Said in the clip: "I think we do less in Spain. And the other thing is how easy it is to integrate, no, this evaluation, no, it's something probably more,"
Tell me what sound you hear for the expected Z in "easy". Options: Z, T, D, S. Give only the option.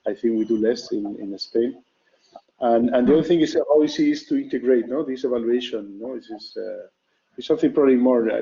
S